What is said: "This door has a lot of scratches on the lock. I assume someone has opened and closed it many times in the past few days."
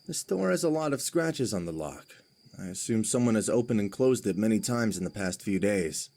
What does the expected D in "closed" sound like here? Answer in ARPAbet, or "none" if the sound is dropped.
D